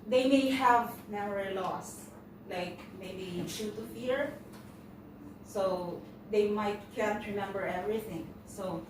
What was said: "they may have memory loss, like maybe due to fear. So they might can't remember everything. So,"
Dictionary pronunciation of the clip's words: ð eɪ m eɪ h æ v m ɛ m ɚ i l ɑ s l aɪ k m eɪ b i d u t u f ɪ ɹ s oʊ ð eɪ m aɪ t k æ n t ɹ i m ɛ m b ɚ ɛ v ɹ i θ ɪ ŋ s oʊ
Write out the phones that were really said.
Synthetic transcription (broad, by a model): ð eɪ m eɪ h æ v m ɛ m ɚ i l ɑ s l aɪ k m eɪ b i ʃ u t u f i ɹ s oʊ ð eɪ m aɪ t k æ n t ɹ i m ɛ m b ɚ ɛ v ɹ i θ ɪ ŋ s oʊ